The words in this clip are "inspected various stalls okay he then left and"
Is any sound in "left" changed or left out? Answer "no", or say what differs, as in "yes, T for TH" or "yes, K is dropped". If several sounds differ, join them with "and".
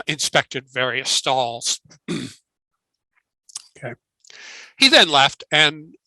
no